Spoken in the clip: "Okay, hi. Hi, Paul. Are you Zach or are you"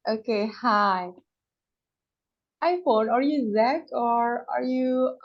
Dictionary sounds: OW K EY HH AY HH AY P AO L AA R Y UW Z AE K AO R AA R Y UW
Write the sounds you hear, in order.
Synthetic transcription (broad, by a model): OW K EY HH AY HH AY F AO N AA R Y UW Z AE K AO R AA R Y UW